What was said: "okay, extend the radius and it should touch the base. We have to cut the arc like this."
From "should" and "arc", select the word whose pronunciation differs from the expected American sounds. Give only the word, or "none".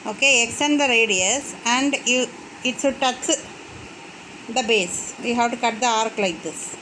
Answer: should